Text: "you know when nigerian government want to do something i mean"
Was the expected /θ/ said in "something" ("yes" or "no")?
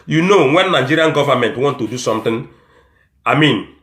no